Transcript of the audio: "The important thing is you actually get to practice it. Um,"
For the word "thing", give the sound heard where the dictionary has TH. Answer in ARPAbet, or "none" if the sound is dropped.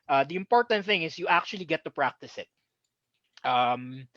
TH